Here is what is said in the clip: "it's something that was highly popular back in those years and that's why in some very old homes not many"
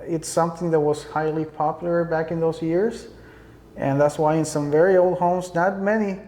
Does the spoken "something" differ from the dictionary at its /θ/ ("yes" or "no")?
no